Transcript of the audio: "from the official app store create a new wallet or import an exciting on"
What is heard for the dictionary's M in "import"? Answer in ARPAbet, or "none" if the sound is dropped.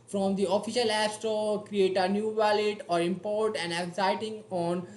M